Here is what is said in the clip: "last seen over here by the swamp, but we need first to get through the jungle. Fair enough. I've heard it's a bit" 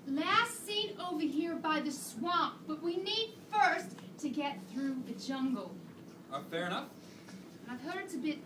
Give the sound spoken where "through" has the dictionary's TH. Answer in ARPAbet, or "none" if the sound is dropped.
TH